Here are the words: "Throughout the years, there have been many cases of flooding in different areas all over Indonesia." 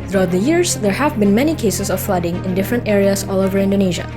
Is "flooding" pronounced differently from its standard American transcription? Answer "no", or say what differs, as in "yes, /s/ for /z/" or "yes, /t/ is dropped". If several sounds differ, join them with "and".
no